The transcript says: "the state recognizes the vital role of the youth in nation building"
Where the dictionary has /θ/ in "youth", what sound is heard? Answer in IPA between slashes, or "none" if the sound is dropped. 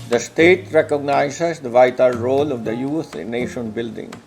/t/